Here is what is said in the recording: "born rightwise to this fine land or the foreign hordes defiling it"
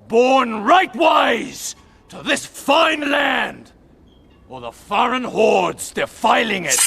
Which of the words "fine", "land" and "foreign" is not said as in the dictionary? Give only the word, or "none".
none